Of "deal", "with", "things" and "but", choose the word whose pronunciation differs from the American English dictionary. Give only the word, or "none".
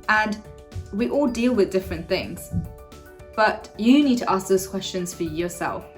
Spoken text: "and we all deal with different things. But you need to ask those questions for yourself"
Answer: none